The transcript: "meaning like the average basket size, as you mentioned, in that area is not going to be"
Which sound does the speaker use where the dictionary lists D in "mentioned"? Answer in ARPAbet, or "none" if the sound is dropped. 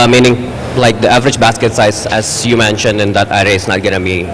D